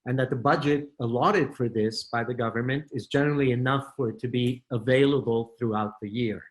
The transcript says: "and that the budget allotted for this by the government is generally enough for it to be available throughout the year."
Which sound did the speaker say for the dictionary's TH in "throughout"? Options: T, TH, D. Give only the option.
TH